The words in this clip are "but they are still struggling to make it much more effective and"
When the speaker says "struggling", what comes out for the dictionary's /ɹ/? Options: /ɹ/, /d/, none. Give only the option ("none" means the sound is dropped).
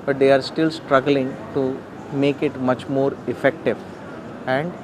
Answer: /ɹ/